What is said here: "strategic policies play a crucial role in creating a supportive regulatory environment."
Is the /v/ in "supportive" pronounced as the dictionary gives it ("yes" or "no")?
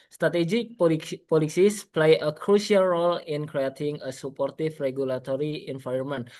no